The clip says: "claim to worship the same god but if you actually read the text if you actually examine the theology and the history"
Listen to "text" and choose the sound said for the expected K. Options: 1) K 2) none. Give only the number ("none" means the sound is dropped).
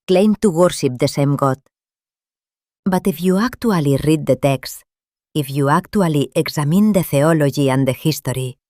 1